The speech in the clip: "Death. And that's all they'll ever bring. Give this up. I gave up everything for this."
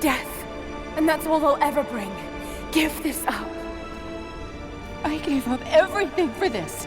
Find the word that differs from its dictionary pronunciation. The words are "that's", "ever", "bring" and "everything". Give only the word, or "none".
none